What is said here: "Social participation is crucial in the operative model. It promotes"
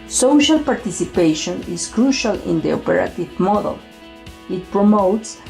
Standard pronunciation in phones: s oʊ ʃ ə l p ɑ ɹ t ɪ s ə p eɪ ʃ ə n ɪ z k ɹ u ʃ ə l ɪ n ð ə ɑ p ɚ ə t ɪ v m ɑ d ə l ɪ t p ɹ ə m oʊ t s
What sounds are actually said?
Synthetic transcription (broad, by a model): s oʊ ʃ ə l p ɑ ɹ t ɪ s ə p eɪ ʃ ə n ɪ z k ɹ u ʃ ə l ɪ n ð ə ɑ p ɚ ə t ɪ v m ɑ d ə l ɪ t p ɹ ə m oʊ t s